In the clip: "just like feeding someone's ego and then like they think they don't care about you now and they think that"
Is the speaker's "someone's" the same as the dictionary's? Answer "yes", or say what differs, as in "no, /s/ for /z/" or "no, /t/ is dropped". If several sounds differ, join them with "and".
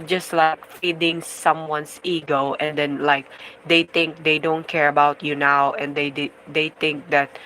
no, /s/ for /z/